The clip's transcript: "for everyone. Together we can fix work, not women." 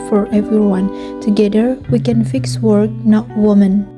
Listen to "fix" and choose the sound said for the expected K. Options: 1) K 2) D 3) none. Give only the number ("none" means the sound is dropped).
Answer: 1